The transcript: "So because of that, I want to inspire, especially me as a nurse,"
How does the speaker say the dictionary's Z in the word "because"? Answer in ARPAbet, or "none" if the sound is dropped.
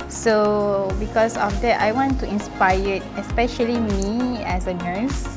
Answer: S